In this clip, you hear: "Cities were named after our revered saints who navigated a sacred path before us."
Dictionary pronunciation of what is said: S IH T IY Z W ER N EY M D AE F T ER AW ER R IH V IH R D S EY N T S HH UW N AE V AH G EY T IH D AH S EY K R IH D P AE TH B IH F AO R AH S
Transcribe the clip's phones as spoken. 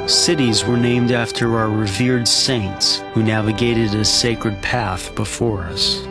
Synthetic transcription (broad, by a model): S IH T IY Z W ER N EY M D AE F T ER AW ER R IH V IH R D S EY N T S HH UW N AE V AH G EY T IH D AH S EY K R IH D P AE TH B IH F AO R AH S